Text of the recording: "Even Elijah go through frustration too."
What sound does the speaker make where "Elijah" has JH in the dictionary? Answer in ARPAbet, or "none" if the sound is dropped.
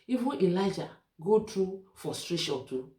JH